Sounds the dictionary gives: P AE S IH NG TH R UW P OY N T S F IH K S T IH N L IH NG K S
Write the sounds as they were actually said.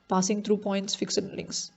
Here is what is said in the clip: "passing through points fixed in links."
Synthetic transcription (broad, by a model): P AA S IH NG T R UW P OY N T S F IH K S IH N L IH NG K S